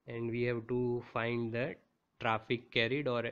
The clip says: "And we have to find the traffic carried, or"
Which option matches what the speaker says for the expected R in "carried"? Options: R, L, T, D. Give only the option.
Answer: R